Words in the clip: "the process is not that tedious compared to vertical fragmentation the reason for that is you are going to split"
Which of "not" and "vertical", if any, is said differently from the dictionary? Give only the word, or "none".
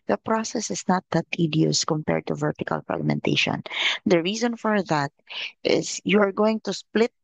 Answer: none